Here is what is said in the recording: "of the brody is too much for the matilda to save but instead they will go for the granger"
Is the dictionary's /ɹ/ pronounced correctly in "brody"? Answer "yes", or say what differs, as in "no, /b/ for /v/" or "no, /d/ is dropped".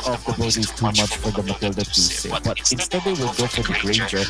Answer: no, /ɹ/ is dropped